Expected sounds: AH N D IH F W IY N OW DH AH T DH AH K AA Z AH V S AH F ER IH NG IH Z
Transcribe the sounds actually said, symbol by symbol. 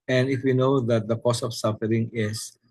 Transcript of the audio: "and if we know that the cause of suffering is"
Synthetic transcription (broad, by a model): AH N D IH F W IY N OW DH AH T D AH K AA S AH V S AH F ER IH NG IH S